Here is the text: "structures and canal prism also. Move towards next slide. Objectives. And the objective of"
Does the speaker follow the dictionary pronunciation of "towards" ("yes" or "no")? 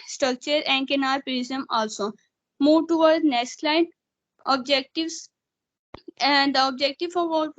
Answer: no